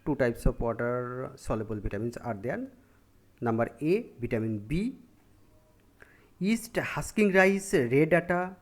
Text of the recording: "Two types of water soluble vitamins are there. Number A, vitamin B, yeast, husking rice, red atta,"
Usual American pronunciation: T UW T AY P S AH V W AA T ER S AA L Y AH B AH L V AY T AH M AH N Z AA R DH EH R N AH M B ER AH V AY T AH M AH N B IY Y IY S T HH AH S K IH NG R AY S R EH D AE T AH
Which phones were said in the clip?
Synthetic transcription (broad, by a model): T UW T AY P S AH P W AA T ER S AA L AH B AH L B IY T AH M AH N S AA R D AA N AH M B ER AH B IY T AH M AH N B IY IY S T HH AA S K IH NG R AY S R EH D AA T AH